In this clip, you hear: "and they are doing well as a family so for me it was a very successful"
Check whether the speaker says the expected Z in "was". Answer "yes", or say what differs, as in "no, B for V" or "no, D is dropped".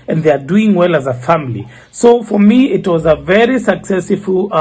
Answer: yes